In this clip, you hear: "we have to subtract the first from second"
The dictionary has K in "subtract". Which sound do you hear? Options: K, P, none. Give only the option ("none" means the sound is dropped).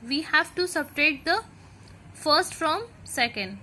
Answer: none